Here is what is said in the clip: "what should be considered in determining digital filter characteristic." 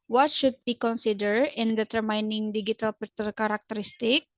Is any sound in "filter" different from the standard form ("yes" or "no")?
yes